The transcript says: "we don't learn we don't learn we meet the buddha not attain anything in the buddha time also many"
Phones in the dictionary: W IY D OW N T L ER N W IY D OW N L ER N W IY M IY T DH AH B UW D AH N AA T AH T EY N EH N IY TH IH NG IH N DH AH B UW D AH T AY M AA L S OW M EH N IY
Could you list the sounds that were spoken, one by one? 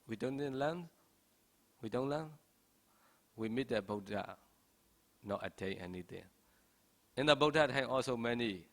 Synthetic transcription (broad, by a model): W IY D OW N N L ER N W IY D OW N L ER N W IY M IY T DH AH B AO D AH N AA T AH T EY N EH N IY T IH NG IH N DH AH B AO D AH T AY AA L S OW M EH N IY